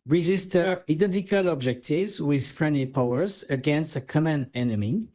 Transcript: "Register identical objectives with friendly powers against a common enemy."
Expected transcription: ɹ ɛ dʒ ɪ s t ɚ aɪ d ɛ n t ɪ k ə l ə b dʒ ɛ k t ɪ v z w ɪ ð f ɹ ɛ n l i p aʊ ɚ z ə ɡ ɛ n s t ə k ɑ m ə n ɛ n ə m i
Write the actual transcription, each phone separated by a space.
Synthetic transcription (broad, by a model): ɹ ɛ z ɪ s t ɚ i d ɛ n t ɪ k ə l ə b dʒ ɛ k t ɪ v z w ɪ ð f ɹ ɛ n l i p aʊ ɚ z ə ɡ ɛ n s t ə k ɑ m ə n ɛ n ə m i